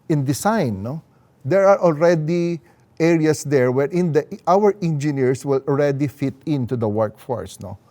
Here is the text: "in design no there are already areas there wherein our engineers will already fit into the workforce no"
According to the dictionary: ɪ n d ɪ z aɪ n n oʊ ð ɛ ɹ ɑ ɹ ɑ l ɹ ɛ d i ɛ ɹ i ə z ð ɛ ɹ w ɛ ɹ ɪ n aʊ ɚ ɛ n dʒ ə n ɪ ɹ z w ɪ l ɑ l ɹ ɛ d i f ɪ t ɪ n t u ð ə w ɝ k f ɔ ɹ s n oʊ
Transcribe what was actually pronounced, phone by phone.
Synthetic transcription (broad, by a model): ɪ n d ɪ s aɪ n n oʊ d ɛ ɹ ɑ ɹ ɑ l ɹ ɛ d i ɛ ɹ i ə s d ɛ ɹ w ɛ ɹ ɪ n aʊ ɚ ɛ n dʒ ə n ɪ ɹ s w ɪ l ɑ l ɹ ɛ d i f ɪ t ɪ n t u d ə w ɝ k f ɔ ɹ s n oʊ